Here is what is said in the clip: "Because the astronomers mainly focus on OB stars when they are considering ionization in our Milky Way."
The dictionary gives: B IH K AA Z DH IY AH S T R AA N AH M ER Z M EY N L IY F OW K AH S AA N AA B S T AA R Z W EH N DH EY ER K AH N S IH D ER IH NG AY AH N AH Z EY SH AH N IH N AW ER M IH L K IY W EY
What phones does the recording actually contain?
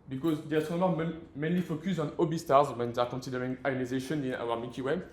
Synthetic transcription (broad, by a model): B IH K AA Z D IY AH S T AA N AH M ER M M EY N L IY F OW K AH S AA N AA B S T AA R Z W EH N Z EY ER K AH N S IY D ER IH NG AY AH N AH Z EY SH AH N IH N AW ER M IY K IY W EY